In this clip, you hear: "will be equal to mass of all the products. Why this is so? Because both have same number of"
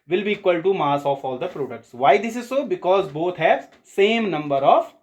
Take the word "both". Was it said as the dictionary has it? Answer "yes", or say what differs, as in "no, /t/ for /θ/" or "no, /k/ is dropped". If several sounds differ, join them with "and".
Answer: no, /t/ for /θ/